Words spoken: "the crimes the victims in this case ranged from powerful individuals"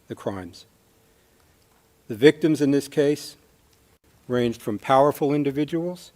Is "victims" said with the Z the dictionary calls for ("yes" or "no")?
yes